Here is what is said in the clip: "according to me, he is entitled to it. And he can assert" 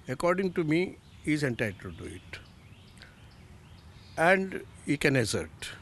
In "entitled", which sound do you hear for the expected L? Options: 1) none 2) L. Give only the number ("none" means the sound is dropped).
1